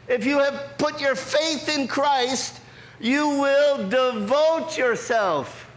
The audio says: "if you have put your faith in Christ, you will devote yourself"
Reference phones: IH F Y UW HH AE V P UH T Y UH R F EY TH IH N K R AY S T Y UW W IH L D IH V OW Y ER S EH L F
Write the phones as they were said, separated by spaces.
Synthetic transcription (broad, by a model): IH F Y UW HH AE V P UH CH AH R F EY TH IH N K R AY S T Y UW W IH L D IH V OW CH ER S EH L F